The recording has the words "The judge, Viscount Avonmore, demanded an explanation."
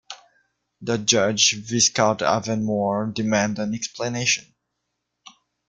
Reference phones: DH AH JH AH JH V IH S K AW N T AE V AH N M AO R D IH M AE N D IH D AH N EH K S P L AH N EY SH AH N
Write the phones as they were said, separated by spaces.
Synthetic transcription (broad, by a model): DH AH JH AH JH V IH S K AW T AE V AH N M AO R D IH M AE N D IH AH N EH K S P L AH N EY SH AH N